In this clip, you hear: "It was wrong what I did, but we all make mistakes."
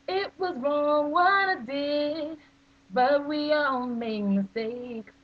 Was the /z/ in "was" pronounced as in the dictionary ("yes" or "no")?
yes